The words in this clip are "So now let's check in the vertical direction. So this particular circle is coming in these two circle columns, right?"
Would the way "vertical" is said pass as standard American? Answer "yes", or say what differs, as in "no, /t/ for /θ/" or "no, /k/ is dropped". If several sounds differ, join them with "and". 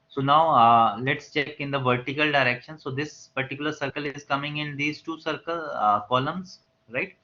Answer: yes